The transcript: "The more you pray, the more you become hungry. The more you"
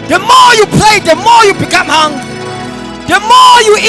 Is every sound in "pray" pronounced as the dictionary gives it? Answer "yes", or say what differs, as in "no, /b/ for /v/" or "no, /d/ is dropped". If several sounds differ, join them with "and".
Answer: no, /l/ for /ɹ/